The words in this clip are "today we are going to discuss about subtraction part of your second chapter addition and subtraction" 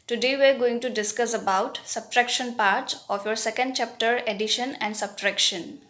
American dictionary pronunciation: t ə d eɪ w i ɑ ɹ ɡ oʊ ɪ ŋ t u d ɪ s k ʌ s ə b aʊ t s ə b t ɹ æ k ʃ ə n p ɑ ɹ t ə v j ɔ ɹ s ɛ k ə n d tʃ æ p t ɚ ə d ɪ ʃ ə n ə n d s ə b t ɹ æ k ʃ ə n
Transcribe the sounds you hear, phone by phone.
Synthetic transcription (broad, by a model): t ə d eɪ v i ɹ ɡ oʊ ɪ ŋ t u d ɪ s k ʌ s ə b aʊ t s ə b t ɹ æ k ʃ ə n p ɑ ɹ t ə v j ɔ ɹ s ɛ k ə n d tʃ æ p t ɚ ə d ɪ ʃ ə n ə n d s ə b t ɹ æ k ʃ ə n